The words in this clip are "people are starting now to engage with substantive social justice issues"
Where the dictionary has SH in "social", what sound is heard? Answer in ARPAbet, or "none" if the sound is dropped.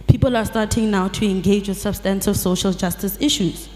SH